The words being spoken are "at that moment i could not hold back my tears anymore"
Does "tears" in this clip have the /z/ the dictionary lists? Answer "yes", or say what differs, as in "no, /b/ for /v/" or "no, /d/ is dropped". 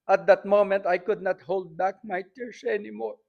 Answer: no, /s/ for /z/